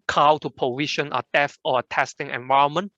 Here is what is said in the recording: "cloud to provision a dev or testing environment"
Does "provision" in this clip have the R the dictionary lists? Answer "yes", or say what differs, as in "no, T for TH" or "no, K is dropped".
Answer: no, R is dropped